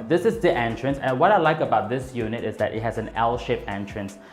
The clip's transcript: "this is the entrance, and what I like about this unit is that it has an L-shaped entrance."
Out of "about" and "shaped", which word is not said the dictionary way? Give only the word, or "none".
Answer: shaped